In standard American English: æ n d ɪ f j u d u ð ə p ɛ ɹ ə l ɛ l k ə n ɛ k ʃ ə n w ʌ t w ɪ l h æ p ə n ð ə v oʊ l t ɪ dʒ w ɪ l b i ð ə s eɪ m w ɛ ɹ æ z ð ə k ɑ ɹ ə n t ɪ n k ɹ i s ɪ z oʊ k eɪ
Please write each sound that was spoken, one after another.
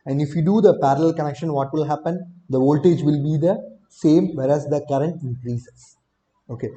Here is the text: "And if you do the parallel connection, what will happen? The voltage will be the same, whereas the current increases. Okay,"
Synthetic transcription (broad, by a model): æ n d ɪ f j u d u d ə p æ ɹ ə l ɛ l k ə n ɛ k ʃ ə n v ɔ t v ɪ l h æ p ə n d ə v oʊ l t ɪ dʒ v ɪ l b i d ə s eɪ m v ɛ ɹ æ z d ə k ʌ ɹ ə n t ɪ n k ɹ i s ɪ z oʊ k eɪ